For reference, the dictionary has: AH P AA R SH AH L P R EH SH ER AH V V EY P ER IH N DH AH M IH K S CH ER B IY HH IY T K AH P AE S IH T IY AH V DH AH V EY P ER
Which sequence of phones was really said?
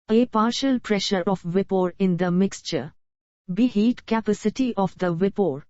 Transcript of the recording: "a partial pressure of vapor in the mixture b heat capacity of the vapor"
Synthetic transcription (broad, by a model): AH P AA R SH AH L P R EH SH ER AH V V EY P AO IH N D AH M IH K S CH ER B IY HH IY T K AH P AE S IH T IY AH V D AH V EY P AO